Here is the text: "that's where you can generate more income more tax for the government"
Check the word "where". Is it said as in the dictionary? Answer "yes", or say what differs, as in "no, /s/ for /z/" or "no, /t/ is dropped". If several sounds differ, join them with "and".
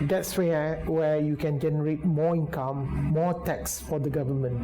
no, /w/ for /ɹ/